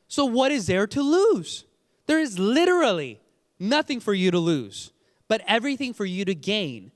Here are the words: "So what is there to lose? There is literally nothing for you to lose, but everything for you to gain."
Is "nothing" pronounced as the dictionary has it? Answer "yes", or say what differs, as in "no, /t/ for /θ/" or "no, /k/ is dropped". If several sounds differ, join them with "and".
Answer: yes